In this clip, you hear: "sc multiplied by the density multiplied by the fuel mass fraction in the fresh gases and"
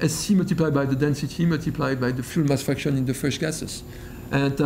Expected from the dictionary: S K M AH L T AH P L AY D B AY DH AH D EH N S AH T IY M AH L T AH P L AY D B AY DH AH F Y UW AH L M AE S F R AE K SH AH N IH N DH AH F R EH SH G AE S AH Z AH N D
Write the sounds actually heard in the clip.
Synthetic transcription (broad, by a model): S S M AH L T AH P L AY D B AY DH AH D EH N S AH T IY M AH L T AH P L AY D B AY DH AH F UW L M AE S F AE K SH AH N IH N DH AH F R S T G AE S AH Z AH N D